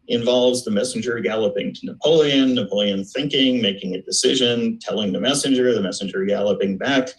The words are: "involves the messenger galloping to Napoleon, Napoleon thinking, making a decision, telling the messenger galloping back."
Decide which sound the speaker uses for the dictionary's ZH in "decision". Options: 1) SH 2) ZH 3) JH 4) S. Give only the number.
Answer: 2